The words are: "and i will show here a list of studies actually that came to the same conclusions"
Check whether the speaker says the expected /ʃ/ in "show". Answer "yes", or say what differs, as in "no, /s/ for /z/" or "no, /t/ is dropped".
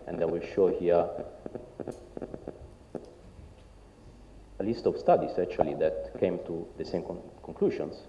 yes